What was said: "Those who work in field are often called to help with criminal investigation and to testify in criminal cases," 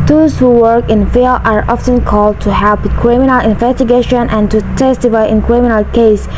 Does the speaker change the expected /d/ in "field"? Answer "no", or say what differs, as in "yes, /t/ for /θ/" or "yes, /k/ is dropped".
yes, /d/ is dropped